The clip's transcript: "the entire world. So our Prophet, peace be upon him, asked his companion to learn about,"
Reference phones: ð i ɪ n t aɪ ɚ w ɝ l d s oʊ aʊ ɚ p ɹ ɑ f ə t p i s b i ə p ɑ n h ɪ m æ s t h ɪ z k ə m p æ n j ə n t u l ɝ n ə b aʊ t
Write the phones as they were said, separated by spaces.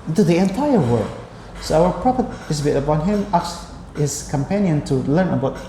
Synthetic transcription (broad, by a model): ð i ɪ n t aɪ ɚ w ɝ d s oʊ aʊ ɚ p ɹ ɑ p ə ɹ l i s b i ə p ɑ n h ɪ m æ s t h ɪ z k ə m p æ n j ə n t u l ɝ n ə b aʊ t